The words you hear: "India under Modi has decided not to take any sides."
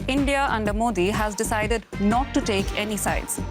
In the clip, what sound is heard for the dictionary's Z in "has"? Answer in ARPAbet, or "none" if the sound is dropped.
Z